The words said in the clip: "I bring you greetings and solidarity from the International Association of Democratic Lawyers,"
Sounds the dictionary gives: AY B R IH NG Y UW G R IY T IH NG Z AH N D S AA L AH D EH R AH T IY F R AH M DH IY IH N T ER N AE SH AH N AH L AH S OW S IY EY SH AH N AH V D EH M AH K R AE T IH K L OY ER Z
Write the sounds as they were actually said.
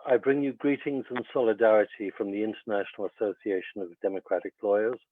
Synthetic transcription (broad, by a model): AY B R IH NG Y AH G R IY T IH NG Z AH N S AA L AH D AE R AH T IY F R AH M DH IY IH N T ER N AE SH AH N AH L AH S OW S IY EY SH AH N AH V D EH M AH K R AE T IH K L OY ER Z